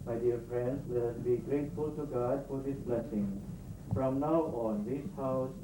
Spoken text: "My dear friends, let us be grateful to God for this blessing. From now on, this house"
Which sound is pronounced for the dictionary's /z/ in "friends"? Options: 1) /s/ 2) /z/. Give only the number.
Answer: 1